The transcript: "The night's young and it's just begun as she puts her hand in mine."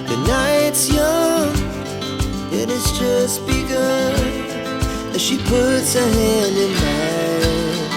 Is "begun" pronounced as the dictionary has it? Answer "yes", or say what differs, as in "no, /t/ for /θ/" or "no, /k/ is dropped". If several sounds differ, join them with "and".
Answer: no, /n/ is dropped